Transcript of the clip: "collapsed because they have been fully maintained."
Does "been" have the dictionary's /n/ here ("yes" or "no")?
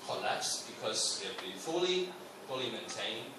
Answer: no